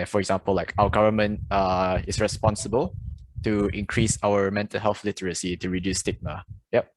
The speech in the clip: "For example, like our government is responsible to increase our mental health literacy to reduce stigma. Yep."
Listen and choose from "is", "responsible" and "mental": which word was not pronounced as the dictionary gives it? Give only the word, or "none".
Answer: is